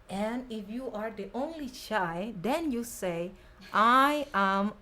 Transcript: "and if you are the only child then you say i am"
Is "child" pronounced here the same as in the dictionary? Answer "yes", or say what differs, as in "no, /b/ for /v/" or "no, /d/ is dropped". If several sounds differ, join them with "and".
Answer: no, /l/ is dropped